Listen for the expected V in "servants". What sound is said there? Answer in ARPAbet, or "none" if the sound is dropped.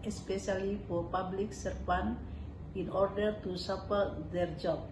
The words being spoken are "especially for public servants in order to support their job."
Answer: F